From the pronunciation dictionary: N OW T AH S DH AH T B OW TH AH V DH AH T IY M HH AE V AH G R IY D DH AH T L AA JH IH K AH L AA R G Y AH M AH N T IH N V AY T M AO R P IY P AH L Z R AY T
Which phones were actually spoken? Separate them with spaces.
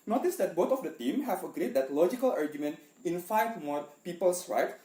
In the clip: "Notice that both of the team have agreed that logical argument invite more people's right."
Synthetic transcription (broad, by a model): N OW T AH S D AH T B OW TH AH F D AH T IY M HH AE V AH G R IY D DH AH T L AA JH IH K AH L AA R G Y AH M AH N T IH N F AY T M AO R P IY P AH L S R AY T